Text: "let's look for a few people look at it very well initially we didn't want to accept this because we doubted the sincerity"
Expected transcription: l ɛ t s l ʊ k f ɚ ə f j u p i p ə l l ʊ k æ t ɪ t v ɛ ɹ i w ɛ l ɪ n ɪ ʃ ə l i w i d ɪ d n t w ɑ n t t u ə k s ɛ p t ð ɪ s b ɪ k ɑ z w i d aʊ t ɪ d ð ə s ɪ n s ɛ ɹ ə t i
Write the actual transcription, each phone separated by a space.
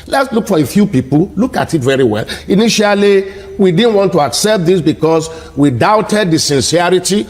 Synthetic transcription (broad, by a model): l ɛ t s l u k f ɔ ə f j u p i p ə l l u k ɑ t ɪ t v ɛ ɹ i w ɛ l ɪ n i ʃ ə l i w i d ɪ d n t w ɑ n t t u ə k s ɛ p t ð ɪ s b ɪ k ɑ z w i d aʊ t ɪ d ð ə s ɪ n s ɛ ɹ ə t i